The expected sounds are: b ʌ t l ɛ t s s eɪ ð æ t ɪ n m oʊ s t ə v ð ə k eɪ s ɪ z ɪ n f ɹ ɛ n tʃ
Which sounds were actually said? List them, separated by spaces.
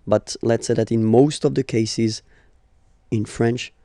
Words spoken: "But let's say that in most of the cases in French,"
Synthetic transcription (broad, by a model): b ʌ t l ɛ t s s eɪ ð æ t ɪ n m oʊ s t ə v ð ə k eɪ s ɪ z ɪ n f ɹ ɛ n tʃ